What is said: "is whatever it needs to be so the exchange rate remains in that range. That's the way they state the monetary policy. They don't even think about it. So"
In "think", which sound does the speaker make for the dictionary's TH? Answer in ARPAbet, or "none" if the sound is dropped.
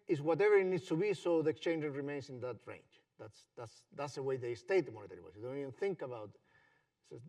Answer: TH